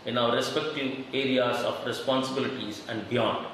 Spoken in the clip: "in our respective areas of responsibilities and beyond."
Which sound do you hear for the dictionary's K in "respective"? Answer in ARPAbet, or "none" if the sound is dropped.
K